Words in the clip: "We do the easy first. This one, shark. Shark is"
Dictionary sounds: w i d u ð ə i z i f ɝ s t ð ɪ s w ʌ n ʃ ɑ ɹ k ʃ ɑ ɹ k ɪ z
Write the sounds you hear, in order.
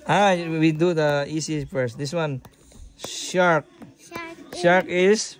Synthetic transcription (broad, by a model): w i d u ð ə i s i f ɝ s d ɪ s w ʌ n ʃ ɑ ɹ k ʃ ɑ ɹ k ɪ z